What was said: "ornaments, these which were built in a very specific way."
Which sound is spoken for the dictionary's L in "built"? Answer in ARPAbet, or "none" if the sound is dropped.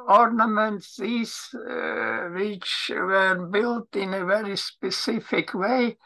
L